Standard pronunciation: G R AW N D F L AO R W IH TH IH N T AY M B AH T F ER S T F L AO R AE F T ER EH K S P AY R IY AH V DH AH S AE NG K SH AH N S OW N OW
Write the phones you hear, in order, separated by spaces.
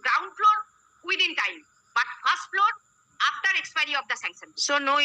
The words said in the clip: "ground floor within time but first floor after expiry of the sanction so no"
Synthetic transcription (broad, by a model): G R AW N D F L AO R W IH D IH N T AY M B AH T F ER S T F L AO R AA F T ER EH K S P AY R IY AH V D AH S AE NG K S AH N S OW N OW